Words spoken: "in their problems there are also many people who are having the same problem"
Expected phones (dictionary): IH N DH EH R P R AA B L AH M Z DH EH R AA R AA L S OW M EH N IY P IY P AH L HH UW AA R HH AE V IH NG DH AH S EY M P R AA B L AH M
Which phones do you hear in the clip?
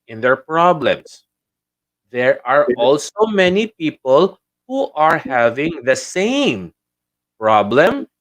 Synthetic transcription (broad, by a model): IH N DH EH R P R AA B L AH M S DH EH R AA R AA L S OW M EH N IY P IY P AH L HH UW AA R HH AE V IH NG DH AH S EY M P R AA B L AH M